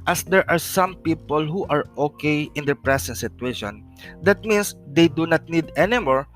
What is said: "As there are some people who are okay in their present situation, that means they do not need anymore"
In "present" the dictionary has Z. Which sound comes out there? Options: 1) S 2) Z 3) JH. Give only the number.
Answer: 1